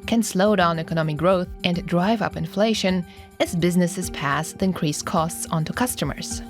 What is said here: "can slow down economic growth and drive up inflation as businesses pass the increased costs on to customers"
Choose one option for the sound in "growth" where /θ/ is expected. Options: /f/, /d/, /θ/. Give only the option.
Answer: /θ/